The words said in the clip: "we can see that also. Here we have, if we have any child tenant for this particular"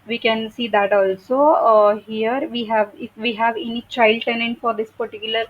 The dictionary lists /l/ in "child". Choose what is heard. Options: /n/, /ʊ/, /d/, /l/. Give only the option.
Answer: /l/